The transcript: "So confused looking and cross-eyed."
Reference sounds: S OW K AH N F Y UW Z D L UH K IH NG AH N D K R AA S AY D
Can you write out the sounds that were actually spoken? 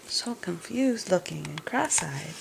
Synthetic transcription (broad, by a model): S OW K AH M F Y UW Z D L UH K IH NG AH N K R AA S AY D